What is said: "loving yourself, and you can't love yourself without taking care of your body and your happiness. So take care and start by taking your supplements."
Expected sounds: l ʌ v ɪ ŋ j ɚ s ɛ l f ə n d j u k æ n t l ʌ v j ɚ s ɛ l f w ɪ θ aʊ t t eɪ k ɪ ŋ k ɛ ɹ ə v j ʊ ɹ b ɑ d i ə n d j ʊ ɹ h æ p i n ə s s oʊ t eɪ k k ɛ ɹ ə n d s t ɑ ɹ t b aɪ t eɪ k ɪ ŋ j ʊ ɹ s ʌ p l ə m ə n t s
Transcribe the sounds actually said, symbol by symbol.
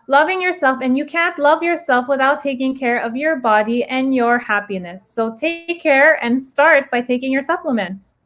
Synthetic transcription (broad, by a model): l ʌ v ɪ ŋ j ɚ s ɛ l f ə n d j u k æ n t l ʌ v j ɚ s ɛ l f w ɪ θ aʊ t t eɪ k ɪ ŋ k ɛ ɹ ə v j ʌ ɹ b ɑ d i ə n j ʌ ɹ h æ p i n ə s s oʊ t eɪ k k ɛ ɹ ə n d s t ɑ ɹ t b aɪ t eɪ k ɪ ŋ j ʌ ɹ s ʌ p l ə m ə n t s